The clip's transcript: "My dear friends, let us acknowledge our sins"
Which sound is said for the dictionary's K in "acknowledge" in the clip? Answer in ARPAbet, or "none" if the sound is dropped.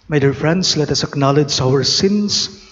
K